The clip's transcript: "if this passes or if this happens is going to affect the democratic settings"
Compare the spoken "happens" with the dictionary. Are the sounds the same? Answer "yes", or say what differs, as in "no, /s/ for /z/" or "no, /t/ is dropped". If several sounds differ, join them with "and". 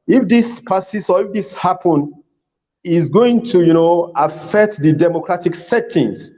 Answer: no, /z/ is dropped